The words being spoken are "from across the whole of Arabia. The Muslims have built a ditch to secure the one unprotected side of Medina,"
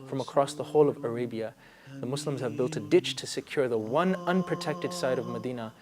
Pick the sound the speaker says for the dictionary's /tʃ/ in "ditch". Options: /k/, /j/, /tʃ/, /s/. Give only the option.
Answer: /tʃ/